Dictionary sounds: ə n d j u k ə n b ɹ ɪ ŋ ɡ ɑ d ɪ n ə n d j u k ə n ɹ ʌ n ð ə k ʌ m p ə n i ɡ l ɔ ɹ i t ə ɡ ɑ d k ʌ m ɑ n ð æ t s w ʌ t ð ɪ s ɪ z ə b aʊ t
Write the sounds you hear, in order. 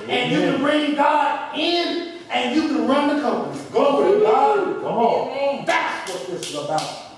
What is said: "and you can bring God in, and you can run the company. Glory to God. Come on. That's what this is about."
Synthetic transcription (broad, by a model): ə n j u k ə n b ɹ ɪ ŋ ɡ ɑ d ɪ n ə n j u k ə n ɹ ʌ n ð ə k ʌ m p ə n i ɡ ɔ i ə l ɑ k ʌ m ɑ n ð æ t s w ʌ t ð ɪ s ɪ z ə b aʊ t